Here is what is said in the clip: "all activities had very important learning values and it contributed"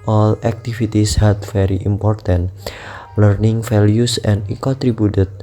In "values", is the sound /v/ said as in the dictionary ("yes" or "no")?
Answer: no